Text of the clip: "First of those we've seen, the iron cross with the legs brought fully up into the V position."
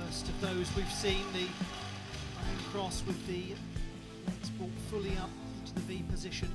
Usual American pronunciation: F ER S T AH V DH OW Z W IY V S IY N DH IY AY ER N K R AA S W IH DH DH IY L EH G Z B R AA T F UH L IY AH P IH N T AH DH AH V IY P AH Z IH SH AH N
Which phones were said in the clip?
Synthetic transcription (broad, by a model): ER S T AH V DH OW Z W IY V S IY N DH IY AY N K R AA S W IH DH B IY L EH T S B AA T F UH L IY AH P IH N T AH DH AH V IY P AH Z IH SH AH N